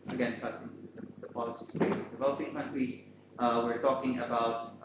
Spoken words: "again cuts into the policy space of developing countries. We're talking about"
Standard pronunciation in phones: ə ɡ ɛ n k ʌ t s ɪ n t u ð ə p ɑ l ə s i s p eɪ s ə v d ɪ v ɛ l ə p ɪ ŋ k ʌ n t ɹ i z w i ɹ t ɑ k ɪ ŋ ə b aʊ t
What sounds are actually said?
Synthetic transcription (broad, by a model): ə ɡ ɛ n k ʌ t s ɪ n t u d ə p ɑ l ə s i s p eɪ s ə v d ɪ v ɛ l ə p ɪ ŋ k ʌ n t ɹ i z w i ɹ t ɑ k ɪ ŋ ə b aʊ t